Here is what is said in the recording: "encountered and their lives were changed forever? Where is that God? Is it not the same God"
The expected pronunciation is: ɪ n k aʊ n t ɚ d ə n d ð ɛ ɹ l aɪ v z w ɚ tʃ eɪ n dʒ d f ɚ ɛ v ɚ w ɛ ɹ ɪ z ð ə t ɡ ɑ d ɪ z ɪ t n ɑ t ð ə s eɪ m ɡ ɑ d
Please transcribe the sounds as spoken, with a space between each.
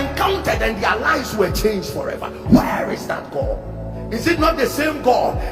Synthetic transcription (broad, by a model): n k aʊ n t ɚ d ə n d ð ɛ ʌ l aɪ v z w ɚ tʃ eɪ n dʒ d f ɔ ɛ v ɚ w ɛ ɹ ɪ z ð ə t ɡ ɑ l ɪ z ɪ t n ɑ t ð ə s eɪ m ɡ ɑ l